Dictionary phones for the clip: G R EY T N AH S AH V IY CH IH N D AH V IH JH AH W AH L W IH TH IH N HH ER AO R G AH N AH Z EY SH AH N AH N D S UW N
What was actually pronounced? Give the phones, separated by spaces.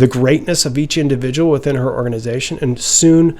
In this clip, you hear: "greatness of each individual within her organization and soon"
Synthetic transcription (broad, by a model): G R EY T N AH S AH V IY CH IH N D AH V IH JH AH W L W IH TH IH N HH ER AO R G AH N AH Z EY SH AH N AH N S UW N